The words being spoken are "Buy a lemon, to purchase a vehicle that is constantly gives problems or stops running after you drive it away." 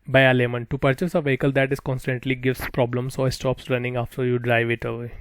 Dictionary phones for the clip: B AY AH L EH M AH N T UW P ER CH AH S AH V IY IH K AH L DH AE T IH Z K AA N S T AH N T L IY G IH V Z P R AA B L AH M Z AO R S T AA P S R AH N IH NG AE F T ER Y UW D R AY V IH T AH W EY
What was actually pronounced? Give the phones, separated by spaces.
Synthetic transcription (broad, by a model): B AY AH L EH M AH N T UW P ER CH AH S AH V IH K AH L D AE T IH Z K AA N S T AH N T L IY G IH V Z P R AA B L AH M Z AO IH S T AA P S R AH N IH NG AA F T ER Y UW D R AY V IH T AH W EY